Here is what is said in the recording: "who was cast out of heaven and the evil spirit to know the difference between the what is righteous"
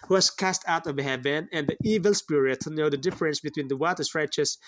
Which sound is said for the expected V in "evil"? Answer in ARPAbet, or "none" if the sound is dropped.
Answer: V